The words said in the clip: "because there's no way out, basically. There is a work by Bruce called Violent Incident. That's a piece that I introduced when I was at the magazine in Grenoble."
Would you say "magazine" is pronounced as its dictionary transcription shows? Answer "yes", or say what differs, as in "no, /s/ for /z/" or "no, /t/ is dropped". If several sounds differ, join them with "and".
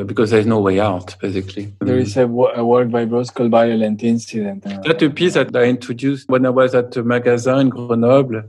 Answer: no, /n/ is dropped